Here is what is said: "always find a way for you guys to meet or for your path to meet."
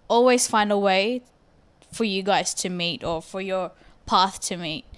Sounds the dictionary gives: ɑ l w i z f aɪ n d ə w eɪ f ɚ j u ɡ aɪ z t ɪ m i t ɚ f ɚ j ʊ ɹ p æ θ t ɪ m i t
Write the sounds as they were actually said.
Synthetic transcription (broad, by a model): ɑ l w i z f aɪ n d ə w eɪ f ɚ j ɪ ɡ aɪ z t ɪ m i t ɚ f ɚ j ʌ ɹ p æ θ t ɪ m i t